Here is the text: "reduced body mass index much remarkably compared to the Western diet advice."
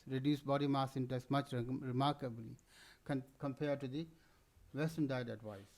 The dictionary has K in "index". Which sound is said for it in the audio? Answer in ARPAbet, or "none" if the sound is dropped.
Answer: none